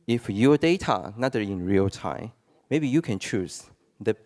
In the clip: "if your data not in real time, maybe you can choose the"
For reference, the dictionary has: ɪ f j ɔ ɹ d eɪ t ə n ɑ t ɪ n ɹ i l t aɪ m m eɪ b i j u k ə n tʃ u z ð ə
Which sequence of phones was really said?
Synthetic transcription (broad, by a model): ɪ f j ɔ d eɪ t ə n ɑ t ɪ n ɹ i l t aɪ m m eɪ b i j u k ə n tʃ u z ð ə